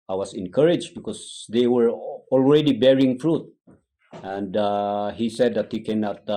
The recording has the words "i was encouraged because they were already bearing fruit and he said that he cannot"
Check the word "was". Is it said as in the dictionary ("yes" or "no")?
no